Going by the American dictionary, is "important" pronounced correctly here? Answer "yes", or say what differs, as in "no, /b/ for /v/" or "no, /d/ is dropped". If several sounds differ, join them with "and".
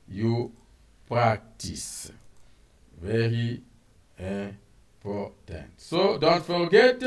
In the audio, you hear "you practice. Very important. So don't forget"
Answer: no, /m/ is dropped